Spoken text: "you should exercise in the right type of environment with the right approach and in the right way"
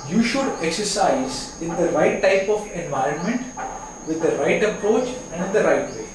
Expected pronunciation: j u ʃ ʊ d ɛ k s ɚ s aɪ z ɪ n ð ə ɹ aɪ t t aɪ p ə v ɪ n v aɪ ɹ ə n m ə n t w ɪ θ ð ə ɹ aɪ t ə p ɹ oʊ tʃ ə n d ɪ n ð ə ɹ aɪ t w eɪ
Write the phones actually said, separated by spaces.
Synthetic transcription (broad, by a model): j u ʃ ʊ d ɛ k s ɚ s aɪ z ɪ n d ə ɹ aɪ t t aɪ p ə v ɪ n v aɪ ɹ ə n m ə n t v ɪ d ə ɹ aɪ t ə p ɹ oʊ tʃ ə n d ɪ n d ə ɹ aɪ t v eɪ